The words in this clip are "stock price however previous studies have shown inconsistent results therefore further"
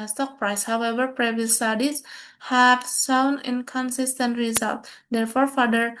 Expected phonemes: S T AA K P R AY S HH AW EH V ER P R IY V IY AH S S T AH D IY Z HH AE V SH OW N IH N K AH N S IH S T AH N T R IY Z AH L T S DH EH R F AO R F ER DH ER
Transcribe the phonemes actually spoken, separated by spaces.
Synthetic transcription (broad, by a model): S T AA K P R AY S HH AW EH V ER P R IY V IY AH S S T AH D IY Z HH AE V S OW N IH N K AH N S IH S T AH N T R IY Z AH L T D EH R F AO R F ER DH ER